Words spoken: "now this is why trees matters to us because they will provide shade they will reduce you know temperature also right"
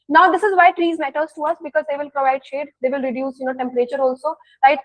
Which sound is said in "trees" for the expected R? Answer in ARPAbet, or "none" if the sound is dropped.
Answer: R